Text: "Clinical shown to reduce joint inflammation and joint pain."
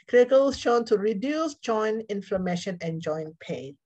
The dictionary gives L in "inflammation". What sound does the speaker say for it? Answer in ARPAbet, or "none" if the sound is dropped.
L